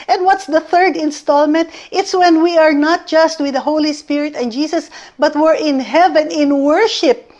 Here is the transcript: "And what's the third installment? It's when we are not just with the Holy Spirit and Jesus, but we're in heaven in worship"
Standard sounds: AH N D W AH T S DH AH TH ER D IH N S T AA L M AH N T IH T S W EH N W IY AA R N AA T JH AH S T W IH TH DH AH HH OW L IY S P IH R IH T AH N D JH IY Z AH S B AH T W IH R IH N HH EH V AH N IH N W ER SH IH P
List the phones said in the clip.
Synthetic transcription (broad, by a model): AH N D W AH T S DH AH TH ER D IH N S T AA L M AH N T IH T S W EH N W IY AA R N AA T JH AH S T W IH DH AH HH OW L IY S P IH R IH T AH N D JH IY S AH S B AH T W IH R IH N HH EH V AH N IH N W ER SH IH P